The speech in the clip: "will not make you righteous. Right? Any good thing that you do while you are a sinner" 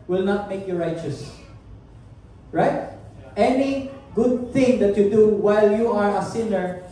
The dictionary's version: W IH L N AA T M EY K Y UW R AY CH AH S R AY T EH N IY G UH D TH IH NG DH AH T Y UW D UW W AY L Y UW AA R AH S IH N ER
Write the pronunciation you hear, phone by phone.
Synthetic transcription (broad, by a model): W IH L N AA T M EY K Y UW R AY CH AH S R AY T EH N IY G UH D TH IH NG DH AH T Y UW D UW W AY L Y UW AA R AH S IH N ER